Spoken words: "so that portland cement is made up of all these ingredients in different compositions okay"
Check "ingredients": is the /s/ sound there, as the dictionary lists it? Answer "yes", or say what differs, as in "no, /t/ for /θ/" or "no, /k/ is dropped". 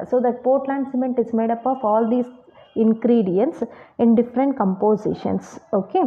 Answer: yes